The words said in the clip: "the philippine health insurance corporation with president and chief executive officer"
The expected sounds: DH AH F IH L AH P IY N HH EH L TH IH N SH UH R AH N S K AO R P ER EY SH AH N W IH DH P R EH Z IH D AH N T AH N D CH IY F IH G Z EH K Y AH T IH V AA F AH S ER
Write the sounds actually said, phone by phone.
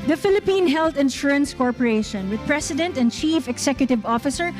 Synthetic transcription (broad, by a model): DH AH F IH L AH P IY N HH EH L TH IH N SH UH R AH N S K AO R P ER EY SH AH N W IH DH P R EH S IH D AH N T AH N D CH IY F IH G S EH K Y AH T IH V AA F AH S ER